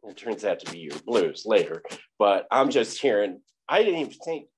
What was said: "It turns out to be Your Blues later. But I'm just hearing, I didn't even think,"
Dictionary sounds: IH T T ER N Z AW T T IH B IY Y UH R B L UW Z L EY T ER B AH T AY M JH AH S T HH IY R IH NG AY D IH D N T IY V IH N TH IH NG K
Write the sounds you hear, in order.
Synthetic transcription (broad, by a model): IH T T ER N Z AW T T IH B IY Y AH R B L UW Z L EY T ER B AH T AY M JH AH S T HH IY R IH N AY D IH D N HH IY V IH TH IH NG K